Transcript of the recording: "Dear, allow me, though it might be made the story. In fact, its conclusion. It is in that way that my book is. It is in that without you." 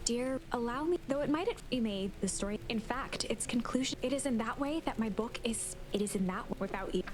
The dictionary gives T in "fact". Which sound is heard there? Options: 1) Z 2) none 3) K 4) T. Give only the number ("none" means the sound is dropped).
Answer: 4